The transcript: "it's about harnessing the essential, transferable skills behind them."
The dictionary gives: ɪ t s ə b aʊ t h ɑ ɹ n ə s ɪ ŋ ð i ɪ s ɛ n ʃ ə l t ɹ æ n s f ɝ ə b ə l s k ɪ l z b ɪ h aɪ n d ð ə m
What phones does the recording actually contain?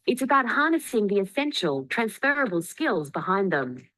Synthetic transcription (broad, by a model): ɪ t s ə b aʊ t h ɑ ɹ n ə s ɪ ŋ ð i ɪ s ɛ n ʃ ə l t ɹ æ n s f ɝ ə b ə l s k ɪ l z b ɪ h aɪ n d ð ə m